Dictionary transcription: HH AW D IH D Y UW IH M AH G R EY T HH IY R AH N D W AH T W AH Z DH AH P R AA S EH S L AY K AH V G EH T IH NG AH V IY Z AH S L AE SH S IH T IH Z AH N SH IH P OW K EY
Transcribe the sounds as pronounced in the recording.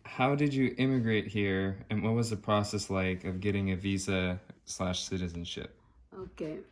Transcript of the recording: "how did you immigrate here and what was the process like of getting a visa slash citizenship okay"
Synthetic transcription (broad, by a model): HH AW D IH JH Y IH M AH G R EY T HH IY R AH N W AH T W AH Z DH AH P R AA S EH S L AY K AH V G EH T IH NG AH V IY Z AH S L AE SH S IH T IH Z AH N SH IH P OW K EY